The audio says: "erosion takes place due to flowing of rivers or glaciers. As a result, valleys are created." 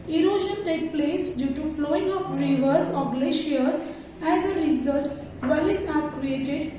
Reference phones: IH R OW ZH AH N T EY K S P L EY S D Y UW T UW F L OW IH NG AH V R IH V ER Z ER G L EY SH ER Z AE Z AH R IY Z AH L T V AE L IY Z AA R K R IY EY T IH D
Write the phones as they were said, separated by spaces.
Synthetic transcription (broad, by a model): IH R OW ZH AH N T EY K P L EY S D Y UW T UW F L OW IH NG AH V R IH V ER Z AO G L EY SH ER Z AE Z AH R IY Z AH L T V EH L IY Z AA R K R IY EY T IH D